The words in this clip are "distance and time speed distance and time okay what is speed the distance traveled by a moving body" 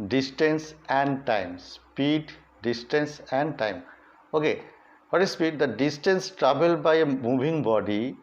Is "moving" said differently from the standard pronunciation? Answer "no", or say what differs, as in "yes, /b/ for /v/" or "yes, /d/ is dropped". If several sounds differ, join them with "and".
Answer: yes, /b/ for /v/